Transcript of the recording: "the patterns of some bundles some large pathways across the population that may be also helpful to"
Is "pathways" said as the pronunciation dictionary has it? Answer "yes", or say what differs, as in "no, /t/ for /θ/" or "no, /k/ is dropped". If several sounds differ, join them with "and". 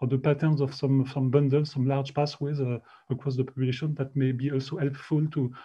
no, /s/ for /θ/